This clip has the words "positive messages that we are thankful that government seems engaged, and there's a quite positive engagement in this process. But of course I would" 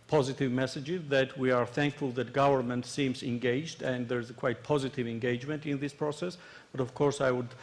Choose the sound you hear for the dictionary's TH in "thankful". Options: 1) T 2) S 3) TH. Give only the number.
3